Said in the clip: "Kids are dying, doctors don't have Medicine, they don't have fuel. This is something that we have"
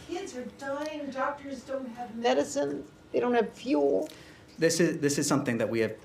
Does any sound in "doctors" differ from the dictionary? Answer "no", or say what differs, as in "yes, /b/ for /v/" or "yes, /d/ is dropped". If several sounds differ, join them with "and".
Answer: no